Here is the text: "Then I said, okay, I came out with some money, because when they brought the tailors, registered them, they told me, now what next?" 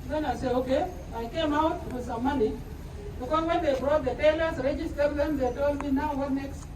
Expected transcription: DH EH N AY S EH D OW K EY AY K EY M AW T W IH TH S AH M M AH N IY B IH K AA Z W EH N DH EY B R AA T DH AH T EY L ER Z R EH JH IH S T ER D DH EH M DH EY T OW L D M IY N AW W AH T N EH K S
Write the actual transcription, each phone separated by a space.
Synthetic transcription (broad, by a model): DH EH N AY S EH OW K EY AY K EY M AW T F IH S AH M M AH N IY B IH K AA W EH N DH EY B R AA T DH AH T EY L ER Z R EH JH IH S T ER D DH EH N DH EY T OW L M IY N AW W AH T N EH K S